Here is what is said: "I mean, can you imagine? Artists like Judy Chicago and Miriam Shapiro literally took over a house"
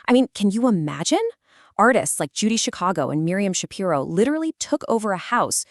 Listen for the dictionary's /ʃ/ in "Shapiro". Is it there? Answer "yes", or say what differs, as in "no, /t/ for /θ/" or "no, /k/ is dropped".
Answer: yes